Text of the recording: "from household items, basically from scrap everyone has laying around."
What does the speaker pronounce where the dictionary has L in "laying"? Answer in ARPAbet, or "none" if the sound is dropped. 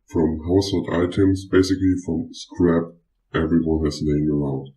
N